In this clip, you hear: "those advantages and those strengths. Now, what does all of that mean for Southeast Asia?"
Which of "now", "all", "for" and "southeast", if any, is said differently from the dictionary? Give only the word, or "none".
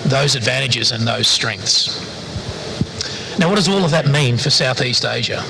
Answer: none